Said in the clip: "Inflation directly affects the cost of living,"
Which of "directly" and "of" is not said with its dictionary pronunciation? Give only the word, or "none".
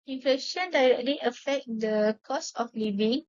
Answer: of